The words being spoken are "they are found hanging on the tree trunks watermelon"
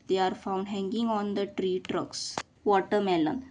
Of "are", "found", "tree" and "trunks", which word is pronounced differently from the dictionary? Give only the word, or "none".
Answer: trunks